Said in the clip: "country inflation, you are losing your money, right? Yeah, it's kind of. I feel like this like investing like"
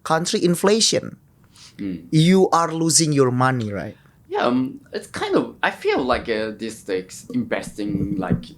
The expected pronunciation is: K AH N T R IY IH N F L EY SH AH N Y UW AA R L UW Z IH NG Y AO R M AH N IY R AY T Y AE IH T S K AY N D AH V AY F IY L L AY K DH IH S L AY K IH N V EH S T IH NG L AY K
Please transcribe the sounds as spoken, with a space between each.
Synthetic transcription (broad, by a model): K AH N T R IY IH N F L EY SH AH N Y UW AA R L UW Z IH NG Y AO R M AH N IY R AY T Y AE IH T S K AY N D AH V AY F IY L L AY K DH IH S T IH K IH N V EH S T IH NG L AY K